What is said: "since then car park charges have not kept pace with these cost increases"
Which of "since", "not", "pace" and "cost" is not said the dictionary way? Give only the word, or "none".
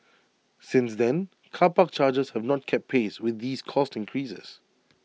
none